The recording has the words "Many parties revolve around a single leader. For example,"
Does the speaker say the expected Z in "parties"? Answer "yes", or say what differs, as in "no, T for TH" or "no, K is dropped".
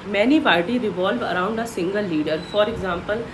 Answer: no, Z is dropped